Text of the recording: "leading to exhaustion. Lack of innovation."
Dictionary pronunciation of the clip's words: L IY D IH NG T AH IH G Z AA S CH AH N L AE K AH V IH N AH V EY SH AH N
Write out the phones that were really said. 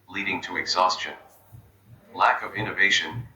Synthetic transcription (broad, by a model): L IY D IH NG T AH IH G Z AA S CH AH N L AE K AH V IH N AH V EY SH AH N